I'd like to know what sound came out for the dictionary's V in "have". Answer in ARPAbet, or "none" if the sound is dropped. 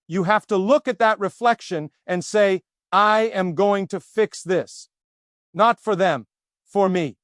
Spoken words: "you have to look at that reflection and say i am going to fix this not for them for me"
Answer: F